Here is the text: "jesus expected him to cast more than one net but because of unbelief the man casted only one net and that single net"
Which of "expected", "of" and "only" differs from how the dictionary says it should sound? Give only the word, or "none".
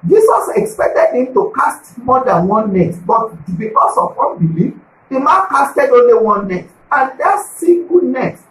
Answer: of